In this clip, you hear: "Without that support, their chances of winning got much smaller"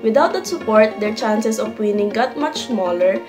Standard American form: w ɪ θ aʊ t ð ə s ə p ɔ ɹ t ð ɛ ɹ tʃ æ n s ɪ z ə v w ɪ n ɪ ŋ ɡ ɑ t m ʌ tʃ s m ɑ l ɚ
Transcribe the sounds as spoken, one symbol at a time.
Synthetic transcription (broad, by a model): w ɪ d aʊ t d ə s ə p ɔ ɹ t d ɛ ɹ tʃ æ n s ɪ s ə p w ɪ n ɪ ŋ ɡ ɑ t m ʌ tʃ s m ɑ l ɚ